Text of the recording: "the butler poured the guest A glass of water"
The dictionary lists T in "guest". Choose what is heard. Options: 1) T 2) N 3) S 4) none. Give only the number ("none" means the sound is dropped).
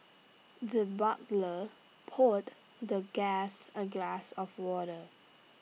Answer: 4